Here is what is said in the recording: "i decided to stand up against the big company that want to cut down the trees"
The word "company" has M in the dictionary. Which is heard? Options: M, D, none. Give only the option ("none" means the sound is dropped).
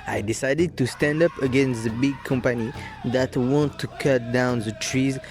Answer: M